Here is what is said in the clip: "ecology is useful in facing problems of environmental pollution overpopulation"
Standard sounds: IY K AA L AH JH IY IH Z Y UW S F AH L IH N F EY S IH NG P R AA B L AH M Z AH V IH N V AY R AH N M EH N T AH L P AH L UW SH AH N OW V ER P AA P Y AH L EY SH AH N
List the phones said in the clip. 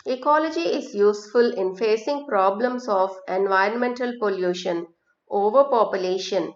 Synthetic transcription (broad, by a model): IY K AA L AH JH IY IH Z Y UW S F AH L IH N F EY S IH NG P R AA B L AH M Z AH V IH N V AY R AH N M EH N T AH L P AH L UW SH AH N OW V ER P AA P Y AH L EY SH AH N